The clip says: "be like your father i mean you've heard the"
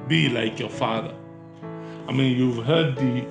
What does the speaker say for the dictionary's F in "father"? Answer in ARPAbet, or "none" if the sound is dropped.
F